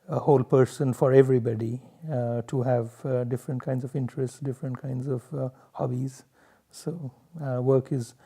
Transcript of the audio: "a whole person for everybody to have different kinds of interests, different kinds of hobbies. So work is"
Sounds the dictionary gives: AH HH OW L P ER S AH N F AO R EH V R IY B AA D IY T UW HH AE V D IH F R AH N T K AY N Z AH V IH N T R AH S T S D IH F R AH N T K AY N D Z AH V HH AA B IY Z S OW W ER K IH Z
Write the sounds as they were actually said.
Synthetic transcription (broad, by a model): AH HH OW L P ER S AH N F AO R EH V R IY B AA D IY T UW HH AE V D IH F R AH N T K AY N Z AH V IH N T R AH S T S D IH F R AH N T K AY N D Z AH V HH AA B IY Z S OW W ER K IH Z